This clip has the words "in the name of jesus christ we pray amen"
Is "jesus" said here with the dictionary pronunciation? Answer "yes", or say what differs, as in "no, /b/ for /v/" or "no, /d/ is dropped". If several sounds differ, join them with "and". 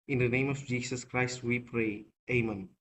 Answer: no, /s/ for /z/